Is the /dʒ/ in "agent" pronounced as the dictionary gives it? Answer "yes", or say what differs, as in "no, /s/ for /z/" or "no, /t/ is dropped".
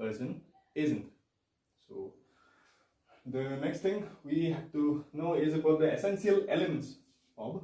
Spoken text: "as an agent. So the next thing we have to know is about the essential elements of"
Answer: no, /z/ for /dʒ/